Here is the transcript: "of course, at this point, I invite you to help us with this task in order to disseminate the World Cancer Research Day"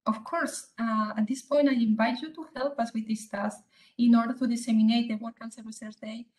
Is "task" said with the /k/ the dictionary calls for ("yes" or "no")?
no